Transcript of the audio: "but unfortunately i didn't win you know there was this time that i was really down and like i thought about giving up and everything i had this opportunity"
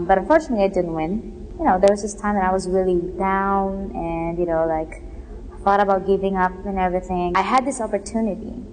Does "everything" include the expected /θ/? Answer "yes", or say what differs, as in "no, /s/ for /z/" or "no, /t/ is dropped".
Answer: yes